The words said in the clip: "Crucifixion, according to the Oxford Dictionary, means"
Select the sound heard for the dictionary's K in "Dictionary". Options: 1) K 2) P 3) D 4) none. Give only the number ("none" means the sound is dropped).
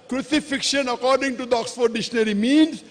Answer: 4